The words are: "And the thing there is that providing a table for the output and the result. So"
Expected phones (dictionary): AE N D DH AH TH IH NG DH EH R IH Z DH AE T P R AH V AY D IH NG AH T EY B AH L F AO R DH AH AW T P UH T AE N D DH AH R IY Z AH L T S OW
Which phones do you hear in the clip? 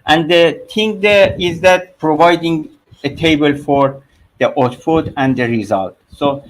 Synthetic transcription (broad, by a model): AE N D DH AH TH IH NG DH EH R IH Z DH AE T P R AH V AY D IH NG AH T EY B AH L F AO R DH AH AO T F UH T AE N D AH R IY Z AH L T S OW